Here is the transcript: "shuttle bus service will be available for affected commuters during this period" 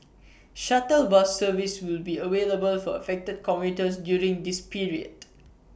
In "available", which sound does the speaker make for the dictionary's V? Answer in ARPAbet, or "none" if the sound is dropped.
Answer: W